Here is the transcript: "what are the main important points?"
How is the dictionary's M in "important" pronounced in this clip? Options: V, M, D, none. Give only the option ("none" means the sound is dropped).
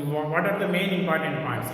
M